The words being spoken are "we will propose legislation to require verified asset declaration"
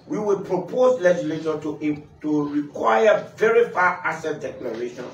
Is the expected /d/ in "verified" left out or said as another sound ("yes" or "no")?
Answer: yes